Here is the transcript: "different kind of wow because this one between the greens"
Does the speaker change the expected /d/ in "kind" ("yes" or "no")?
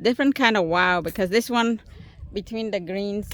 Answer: no